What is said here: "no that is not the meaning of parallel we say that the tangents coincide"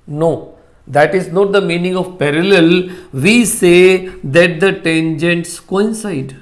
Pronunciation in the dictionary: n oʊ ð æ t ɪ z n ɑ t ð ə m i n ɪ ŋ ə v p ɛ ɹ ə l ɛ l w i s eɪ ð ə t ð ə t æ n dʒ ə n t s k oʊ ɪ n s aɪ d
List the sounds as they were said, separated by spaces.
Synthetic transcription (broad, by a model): n oʊ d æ t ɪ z n ɑ t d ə m i n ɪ ŋ ə v p ɛ ɹ ə l ɛ l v i s eɪ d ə t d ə t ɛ n dʒ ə n t s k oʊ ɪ n s aɪ d